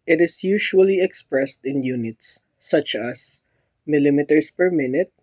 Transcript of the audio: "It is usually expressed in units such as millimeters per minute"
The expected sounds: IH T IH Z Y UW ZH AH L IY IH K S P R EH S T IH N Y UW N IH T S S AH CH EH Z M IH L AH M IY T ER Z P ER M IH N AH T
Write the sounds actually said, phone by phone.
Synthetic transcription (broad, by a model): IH T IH S Y UW SH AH L IY IH K S P R EH S T IH N Y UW N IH T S S AH CH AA S M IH L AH M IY T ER S P ER M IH N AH T